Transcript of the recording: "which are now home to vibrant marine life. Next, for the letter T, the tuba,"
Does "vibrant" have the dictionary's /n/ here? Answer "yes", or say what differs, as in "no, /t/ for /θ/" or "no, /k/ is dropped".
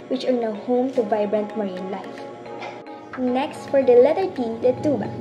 yes